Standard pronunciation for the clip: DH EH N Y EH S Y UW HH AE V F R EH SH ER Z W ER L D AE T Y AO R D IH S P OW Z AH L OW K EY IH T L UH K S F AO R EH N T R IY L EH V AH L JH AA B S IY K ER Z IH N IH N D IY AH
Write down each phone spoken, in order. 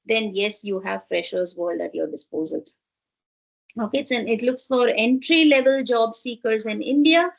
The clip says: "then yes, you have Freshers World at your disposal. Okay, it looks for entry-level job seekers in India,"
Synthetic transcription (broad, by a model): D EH N Y EH S Y UW HH AE V F R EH SH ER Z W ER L D AE T Y AO R D IH S P OW Z AH L OW K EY IH T L UH K S F AO R EH N T R IY L EH V AH L JH AA B S IY K ER Z IH N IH N D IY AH